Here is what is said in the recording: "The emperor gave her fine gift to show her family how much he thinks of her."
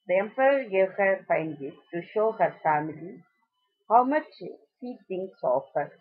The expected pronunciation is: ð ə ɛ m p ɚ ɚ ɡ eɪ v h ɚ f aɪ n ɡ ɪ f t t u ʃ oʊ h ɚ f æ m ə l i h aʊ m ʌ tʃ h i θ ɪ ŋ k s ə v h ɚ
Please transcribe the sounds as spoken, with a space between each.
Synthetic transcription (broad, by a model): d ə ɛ m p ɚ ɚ ɡ eɪ v h ɚ f aɪ n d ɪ t t u ʃ oʊ h ɚ f æ m ə l i h aʊ m ʌ tʃ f i t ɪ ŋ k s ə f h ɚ